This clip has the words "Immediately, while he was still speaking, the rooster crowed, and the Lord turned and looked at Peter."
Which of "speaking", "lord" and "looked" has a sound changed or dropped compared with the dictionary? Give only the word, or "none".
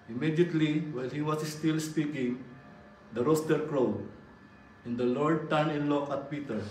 looked